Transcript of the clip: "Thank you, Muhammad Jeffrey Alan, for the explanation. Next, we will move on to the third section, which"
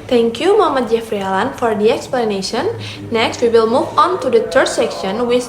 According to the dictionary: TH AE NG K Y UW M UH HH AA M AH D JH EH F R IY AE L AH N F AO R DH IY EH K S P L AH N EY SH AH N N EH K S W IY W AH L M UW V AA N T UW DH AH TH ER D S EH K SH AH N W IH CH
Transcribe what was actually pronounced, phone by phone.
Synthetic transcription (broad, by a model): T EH NG K Y UW M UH HH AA M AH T JH EH F R IY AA L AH N F AO R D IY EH K S P L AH N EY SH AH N N EH K S W IY W AH L M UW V AA N T UW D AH T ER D S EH K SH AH N W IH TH